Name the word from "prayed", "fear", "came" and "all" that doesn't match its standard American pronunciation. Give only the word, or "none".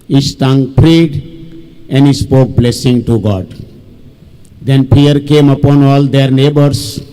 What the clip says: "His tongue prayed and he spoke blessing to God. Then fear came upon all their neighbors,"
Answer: fear